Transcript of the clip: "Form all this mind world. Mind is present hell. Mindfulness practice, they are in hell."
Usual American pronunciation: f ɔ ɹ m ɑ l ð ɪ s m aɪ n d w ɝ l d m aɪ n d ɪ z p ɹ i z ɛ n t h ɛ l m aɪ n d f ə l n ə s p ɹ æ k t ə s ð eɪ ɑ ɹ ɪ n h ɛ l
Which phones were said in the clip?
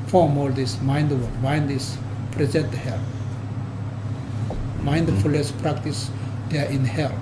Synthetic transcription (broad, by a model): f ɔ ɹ m ɑ l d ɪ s m aɪ n d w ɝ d m aɪ n d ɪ s p ɹ i z ɛ n t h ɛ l m aɪ n d f ə l n ə s p ɹ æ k t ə s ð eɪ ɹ ɪ n h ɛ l